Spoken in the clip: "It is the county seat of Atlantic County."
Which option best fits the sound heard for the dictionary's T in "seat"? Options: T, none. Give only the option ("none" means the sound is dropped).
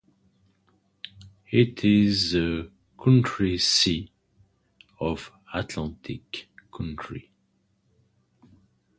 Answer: none